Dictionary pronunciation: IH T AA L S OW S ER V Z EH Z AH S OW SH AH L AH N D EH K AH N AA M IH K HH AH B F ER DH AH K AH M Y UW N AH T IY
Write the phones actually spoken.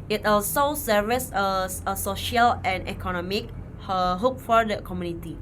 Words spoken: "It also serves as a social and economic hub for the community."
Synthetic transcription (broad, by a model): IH T AA L S OW S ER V S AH AH S OW SH AH L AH N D EH K AH N AA M IH K HH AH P F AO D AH K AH M Y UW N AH T IY